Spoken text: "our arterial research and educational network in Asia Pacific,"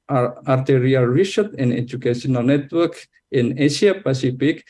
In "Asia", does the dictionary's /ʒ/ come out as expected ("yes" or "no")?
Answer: no